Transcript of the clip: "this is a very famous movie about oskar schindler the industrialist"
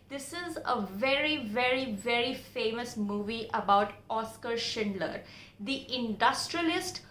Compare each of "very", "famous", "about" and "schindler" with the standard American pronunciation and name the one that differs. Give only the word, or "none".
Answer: none